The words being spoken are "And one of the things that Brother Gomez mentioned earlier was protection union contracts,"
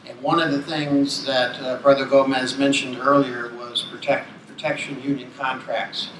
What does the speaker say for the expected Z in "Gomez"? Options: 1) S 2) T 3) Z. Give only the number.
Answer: 3